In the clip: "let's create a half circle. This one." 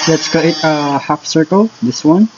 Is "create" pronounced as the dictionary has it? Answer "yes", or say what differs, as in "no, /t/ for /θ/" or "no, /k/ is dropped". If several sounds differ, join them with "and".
no, /ɹ/ is dropped